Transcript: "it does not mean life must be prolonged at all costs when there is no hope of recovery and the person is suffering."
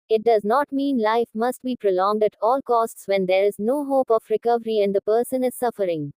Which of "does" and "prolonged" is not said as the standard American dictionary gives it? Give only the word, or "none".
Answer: none